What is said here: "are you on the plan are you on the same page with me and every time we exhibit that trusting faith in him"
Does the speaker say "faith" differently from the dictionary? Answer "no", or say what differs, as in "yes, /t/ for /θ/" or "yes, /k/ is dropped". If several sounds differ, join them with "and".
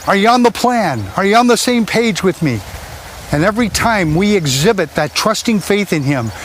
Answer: no